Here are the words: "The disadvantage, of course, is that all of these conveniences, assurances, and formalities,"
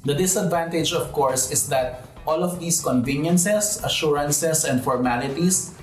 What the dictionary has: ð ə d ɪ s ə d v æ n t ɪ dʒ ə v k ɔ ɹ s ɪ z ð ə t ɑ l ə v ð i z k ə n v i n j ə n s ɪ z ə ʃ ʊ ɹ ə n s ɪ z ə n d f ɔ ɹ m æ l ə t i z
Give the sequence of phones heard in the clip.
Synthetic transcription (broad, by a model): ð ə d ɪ s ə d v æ n t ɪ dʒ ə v k ɔ ɹ s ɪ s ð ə t ɑ l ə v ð i s k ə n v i n j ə n s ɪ s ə ʃ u ɹ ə n s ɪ s ə n d f ɔ ɹ m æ l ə t i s